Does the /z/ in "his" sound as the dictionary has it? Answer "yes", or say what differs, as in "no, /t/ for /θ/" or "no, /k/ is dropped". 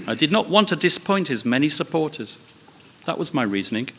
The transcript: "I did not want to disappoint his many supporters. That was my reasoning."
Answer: yes